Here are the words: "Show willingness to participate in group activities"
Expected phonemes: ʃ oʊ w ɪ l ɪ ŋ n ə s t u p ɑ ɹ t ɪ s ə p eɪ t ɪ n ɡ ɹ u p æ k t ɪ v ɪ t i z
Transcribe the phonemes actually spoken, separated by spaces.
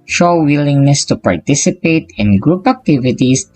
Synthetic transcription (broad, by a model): ʃ oʊ w ɪ l ɪ ŋ n ə s t u p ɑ ɹ t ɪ s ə p eɪ t ɪ n ɡ ɹ u p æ k t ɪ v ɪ t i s